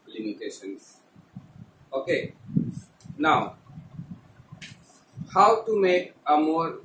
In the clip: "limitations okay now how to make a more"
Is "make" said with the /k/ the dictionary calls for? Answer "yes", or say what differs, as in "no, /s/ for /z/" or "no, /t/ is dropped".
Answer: yes